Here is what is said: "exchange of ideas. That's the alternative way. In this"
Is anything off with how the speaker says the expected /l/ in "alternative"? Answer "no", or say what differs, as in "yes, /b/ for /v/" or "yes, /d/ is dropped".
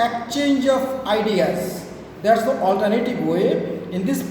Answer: no